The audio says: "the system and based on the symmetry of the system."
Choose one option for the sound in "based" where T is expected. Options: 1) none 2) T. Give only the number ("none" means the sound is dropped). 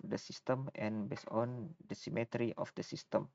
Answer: 1